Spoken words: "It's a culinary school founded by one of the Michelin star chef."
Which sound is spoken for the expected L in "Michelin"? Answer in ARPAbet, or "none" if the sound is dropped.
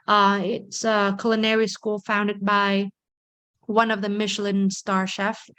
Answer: L